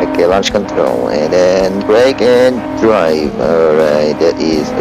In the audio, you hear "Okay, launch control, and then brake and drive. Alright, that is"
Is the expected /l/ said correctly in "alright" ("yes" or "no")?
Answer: no